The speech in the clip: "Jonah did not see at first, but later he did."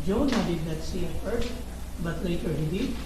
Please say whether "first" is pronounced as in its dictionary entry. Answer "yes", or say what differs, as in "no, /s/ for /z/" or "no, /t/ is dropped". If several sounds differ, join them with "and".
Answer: no, /s/ is dropped